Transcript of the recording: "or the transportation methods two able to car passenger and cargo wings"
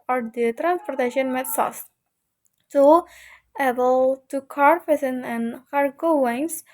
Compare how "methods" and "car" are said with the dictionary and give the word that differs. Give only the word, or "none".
methods